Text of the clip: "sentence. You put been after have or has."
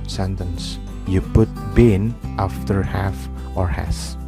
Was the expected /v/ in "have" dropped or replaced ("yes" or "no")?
yes